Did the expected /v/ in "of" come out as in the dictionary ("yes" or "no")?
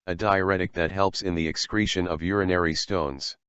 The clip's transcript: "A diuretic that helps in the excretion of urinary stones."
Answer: yes